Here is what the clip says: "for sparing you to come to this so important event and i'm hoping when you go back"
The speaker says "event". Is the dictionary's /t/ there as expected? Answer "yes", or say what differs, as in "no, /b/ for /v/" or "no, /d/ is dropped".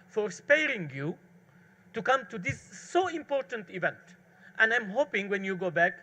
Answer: yes